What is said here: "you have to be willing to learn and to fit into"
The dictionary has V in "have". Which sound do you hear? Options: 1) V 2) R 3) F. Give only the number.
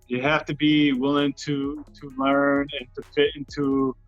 3